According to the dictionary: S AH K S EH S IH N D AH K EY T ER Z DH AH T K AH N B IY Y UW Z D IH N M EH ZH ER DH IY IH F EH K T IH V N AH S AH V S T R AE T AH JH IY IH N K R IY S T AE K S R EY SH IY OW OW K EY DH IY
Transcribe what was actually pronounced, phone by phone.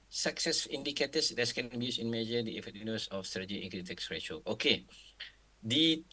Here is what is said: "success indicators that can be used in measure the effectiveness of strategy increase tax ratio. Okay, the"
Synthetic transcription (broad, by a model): S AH K S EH S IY N D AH K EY T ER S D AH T K AH N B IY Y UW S IH N M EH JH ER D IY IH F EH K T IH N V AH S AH F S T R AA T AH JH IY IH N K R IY T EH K S R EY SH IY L OW K EY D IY